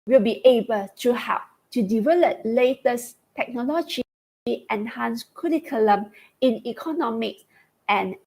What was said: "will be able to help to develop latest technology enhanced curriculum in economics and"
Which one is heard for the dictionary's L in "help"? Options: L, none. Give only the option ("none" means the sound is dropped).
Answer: none